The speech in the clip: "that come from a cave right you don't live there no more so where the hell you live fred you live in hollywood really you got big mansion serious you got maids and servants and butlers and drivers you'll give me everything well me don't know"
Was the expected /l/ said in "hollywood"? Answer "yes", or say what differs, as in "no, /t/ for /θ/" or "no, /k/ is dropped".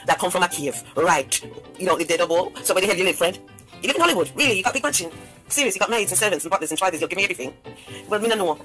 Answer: yes